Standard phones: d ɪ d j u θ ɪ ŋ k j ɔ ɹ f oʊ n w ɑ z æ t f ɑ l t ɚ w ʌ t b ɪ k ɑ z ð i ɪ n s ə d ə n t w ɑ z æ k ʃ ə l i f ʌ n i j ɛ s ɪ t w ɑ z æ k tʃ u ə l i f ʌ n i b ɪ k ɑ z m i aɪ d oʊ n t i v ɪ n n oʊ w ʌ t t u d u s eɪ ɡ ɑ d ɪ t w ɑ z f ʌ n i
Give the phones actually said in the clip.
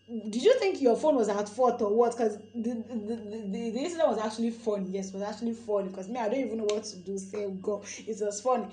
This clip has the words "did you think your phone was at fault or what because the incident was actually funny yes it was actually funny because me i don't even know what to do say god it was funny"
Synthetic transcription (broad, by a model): d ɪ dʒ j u θ ɪ ŋ k j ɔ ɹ f oʊ n w ɑ z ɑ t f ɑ t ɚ w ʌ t k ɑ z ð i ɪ s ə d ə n w ɑ z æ k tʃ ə l i f ʌ n i j ɛ s ɪ t w ɑ z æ k tʃ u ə l i f ʌ n i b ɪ k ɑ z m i aɪ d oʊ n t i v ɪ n n oʊ w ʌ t t u d u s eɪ ɡ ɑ ɪ t w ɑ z f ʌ n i